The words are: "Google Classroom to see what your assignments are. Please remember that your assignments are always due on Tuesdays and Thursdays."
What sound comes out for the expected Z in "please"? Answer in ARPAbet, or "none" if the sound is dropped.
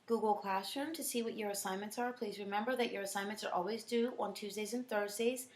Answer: Z